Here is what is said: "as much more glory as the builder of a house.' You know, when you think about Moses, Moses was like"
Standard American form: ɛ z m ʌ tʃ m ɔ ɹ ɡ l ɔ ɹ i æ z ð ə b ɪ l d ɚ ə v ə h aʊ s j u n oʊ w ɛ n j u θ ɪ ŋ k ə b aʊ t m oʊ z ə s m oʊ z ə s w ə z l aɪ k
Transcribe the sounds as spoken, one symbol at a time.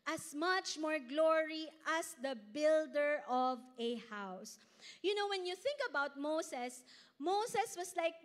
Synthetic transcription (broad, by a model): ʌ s m ʌ tʃ m ɔ ɹ ɡ l ɔ ɹ i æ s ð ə b ɪ l d ɚ ə v ə h aʊ s j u n oʊ w ɛ n j u θ ɪ ŋ k ə b aʊ t m oʊ s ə s m oʊ s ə s w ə s l aɪ k